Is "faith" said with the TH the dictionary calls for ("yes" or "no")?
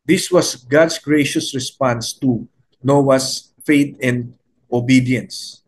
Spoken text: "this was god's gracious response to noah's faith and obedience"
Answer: no